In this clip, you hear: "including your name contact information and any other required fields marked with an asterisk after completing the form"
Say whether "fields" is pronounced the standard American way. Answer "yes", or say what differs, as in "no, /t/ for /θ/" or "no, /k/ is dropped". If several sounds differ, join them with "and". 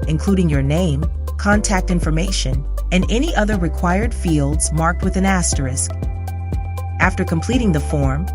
yes